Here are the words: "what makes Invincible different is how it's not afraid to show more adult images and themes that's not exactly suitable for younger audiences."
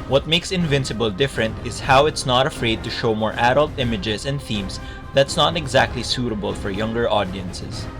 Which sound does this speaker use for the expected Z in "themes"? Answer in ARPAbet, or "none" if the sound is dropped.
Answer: S